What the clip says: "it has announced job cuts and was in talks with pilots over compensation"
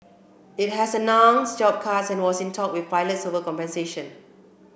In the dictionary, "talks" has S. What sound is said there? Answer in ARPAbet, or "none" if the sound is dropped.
none